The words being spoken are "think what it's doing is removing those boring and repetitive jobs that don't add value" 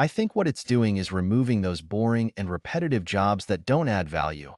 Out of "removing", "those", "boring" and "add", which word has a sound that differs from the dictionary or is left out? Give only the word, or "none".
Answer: none